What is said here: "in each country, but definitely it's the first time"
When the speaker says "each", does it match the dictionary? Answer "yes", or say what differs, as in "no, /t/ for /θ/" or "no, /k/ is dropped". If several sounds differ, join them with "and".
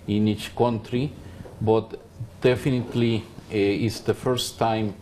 yes